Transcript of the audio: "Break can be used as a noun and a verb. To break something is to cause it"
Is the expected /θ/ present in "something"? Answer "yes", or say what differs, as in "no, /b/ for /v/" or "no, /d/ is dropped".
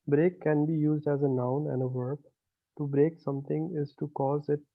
no, /t/ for /θ/